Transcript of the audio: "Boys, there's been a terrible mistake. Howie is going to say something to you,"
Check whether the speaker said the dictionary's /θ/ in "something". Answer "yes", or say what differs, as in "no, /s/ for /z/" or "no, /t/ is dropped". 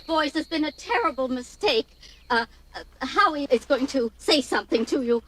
yes